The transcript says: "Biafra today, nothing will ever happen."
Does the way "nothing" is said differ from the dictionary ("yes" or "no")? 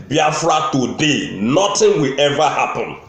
yes